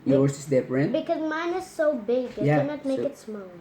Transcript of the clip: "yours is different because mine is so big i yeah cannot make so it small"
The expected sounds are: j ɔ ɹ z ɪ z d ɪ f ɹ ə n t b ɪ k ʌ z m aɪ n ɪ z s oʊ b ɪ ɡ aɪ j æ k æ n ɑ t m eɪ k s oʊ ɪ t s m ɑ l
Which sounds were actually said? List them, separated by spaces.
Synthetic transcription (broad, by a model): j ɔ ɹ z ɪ s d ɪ p ɹ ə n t b ɪ k ʌ z m aɪ n ɪ z s oʊ b ɪ ɡ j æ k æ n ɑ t m eɪ k ɪ t s m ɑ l